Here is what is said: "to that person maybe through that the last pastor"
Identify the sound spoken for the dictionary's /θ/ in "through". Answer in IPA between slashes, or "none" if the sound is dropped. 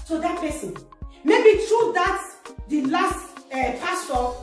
/t/